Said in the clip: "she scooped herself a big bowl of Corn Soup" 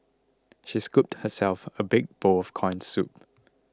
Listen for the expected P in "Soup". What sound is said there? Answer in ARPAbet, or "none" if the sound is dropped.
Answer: P